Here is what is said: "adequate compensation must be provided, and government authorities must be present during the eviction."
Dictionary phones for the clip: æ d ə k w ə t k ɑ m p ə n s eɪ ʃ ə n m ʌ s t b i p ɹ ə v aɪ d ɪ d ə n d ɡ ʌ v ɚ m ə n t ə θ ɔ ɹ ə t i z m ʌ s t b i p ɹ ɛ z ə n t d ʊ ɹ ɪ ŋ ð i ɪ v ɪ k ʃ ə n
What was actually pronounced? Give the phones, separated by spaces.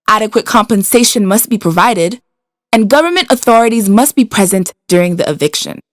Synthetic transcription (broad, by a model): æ d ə k w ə t k ɑ m p ə n s eɪ ʃ ə n m ʌ s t b i p ɹ ə v aɪ d ɪ d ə n ɡ ʌ v ɚ m ə n t ə θ ɔ ɹ ə t i z m ʌ s t b i p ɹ ɛ z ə n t d ʊ ɹ ɪ ŋ ð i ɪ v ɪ k ʃ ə n